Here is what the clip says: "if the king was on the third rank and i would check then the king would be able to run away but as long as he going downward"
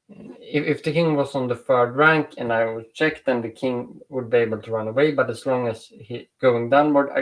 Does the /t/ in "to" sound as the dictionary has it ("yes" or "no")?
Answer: yes